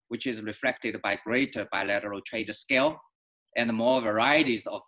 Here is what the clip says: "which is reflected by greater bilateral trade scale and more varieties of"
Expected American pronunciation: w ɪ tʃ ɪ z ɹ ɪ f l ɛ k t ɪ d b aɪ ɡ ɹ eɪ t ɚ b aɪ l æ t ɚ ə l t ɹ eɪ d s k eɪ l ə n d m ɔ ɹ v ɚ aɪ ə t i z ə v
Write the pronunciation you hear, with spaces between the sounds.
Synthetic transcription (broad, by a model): w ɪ tʃ ɪ z ɹ ɪ f l ɛ k t ɪ d b aɪ ɡ ɹ eɪ t ɚ b aɪ l æ t ɚ ə l t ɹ eɪ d s k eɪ l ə n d m ɔ ɹ v ɚ aɪ ə t i z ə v